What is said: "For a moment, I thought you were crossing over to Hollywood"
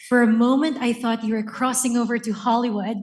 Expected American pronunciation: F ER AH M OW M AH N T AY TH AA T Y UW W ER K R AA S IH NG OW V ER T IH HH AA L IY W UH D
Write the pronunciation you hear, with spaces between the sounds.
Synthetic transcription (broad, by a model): F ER AH M OW M AH N T AY TH AA T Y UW W ER K R AA S IH NG OW V ER T IH HH AA L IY W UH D